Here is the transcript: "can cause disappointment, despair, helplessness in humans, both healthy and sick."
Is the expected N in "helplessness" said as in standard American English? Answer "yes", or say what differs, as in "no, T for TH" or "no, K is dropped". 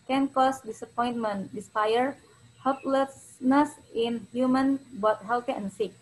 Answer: yes